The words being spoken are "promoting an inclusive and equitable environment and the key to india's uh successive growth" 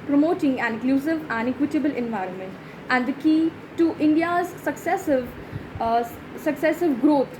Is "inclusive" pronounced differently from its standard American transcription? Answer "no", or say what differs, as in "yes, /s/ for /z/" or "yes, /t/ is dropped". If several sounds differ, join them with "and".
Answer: yes, /n/ is dropped